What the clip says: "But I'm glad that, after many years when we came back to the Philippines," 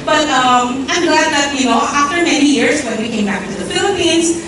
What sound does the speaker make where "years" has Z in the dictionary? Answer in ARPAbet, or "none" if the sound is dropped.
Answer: S